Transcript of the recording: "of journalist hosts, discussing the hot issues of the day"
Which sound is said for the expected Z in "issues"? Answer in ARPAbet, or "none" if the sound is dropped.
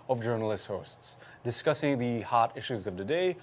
Z